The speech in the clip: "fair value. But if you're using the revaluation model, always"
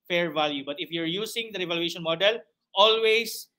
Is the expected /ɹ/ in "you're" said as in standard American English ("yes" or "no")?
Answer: yes